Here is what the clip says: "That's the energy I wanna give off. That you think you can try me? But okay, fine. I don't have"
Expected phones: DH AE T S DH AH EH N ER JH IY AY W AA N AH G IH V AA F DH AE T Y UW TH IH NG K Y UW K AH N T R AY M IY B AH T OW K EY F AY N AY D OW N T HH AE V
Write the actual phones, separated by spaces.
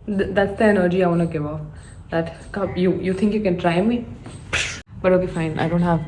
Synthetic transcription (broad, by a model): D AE T S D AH EH N ER JH IY AY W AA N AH G IH V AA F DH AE T Y UW T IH NG K Y UW K AH N T R AY M IY B AH T OW K EY F AY N AY D OW N T HH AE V